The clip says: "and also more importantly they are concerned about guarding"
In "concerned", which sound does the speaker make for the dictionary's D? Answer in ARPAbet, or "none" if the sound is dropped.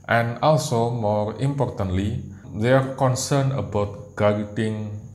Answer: none